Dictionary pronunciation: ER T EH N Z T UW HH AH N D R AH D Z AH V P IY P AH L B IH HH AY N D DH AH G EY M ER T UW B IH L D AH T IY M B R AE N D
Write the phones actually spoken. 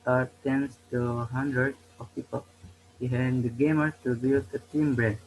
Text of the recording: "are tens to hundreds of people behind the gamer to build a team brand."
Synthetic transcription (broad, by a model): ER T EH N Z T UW HH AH N D R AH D AH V P IY P AH L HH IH HH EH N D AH G EY M ER T UW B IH L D AH T IY M B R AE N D